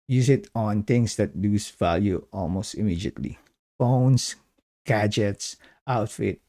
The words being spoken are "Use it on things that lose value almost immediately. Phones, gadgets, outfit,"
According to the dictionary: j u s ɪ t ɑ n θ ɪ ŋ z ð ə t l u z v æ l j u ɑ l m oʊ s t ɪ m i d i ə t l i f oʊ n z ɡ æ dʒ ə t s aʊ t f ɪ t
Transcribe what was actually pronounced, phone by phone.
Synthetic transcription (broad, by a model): j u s ɪ t ɑ n t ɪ ŋ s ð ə t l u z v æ l j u ɑ l m oʊ s t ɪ m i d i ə t l i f oʊ n s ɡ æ dʒ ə t s aʊ t f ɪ t